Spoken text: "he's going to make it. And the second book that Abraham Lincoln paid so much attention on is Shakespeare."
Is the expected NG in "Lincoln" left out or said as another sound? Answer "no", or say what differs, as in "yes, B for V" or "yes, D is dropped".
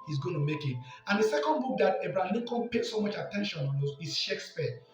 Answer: yes, NG is dropped